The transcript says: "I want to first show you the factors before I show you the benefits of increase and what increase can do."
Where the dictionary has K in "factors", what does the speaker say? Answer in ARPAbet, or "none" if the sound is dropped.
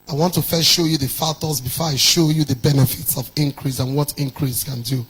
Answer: none